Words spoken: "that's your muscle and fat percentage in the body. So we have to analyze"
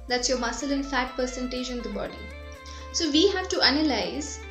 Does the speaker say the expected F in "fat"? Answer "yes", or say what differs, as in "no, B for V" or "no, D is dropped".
yes